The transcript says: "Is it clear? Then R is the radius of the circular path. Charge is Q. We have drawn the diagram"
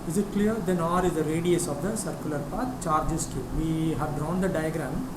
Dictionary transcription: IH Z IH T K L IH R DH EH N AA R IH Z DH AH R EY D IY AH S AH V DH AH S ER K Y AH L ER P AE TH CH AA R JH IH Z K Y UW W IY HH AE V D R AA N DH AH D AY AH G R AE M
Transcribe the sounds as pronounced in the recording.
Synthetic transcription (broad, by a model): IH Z IH T K L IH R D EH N AA R IH Z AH R EY D IY AH S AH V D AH S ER K Y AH L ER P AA T CH AA R JH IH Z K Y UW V IY HH AE V D R AA N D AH D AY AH G R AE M